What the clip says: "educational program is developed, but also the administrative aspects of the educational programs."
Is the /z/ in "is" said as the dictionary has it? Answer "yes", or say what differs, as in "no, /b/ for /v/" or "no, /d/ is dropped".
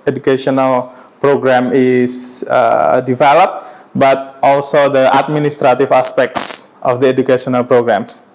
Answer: no, /s/ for /z/